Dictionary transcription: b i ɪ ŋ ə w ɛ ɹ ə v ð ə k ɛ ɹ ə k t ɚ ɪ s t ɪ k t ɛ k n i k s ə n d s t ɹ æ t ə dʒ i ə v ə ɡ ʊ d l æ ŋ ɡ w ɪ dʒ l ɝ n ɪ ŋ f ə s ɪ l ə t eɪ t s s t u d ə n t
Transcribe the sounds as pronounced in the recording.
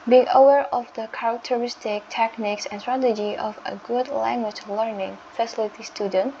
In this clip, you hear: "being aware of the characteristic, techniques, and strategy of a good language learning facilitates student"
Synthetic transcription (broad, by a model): b i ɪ ŋ ə w ɛ ɹ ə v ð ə k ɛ ɹ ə k t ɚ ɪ s t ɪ k t ɛ k n i k s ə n s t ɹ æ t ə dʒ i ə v ə ɡ ʊ d l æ ŋ ɡ w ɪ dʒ l ɝ n ɪ ŋ f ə s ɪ l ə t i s s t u d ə n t